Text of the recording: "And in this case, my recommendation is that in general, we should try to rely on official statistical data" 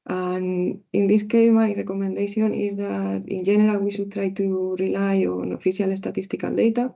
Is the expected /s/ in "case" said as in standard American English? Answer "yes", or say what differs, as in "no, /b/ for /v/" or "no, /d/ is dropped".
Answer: no, /s/ is dropped